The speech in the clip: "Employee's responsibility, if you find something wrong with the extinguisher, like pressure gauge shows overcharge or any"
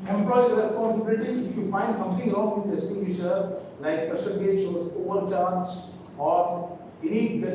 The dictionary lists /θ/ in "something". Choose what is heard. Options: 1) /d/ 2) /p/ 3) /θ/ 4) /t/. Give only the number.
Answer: 4